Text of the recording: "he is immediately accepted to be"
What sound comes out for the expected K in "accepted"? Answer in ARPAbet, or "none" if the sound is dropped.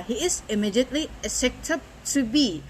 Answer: none